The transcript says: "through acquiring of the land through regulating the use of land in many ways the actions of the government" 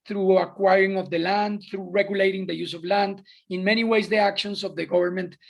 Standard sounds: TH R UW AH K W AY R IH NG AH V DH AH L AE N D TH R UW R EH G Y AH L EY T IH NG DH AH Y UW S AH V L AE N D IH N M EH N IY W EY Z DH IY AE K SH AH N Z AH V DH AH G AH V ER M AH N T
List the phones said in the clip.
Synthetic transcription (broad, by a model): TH R UW AH K W AY R IH NG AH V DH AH L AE N D TH R UW R EH G Y AH L EY T IH NG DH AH Y UW S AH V L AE N D IH N M EH N IY W EY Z DH IY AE K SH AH N S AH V DH AH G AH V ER M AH N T